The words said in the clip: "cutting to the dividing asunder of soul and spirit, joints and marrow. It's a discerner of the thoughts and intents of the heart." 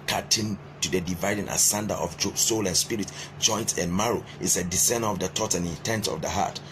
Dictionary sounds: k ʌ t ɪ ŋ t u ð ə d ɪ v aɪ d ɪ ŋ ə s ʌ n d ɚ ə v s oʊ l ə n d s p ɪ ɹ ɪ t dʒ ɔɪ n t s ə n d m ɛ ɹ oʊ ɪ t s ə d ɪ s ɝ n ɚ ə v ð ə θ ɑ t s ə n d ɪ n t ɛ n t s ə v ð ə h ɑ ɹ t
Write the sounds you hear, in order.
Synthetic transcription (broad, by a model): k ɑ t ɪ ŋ t u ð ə d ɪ v aɪ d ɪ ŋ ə s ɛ n d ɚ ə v s oʊ l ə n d s p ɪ ɹ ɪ t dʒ ɔɪ n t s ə n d m ɛ ɹ oʊ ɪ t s ə d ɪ s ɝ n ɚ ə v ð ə t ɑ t ə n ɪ n t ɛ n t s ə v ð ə h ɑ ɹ t